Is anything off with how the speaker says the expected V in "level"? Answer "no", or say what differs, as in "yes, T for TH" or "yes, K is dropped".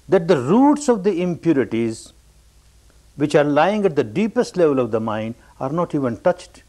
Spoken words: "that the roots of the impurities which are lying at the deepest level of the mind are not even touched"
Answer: no